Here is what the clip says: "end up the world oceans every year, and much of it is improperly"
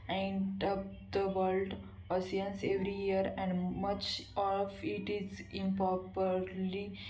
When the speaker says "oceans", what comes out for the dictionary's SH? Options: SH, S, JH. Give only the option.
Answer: S